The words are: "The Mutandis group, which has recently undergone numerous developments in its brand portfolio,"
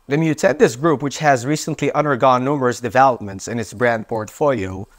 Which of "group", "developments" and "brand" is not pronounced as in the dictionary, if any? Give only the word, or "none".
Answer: none